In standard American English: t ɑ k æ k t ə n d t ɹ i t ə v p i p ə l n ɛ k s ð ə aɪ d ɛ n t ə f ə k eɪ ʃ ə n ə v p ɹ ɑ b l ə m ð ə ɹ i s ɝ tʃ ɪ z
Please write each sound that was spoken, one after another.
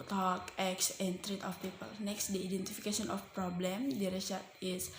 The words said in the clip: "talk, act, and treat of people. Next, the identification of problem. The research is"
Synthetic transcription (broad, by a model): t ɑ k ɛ k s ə n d t ɹ i t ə f p i p ə l n ɛ k s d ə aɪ d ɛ n t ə f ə k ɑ s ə n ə f p ɹ ɑ b l ə m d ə ɹ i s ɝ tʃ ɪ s